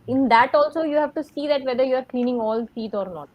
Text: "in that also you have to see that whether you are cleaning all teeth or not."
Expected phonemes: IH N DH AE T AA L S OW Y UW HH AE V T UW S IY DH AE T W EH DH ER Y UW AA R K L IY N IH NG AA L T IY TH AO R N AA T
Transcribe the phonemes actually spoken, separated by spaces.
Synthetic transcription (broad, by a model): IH N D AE T AA L S OW Y UW HH AE V T UW S IY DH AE T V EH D ER Y UW AA R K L IY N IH NG AA L S IY T AO R N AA T